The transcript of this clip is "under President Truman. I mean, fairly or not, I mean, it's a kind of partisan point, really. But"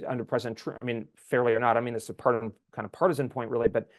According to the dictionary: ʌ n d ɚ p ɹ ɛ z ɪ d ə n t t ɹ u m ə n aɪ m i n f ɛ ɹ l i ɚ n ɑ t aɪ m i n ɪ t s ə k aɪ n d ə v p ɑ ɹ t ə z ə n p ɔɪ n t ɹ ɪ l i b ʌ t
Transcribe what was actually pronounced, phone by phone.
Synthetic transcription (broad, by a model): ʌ n d ɚ p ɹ ɛ z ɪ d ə n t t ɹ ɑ ə m i n f ɛ ɹ l i ɚ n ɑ t aɪ m i n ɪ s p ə k aɪ n d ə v p ɑ ɹ t ə z ə n p ɔɪ n t ɹ ɪ l i b ʌ t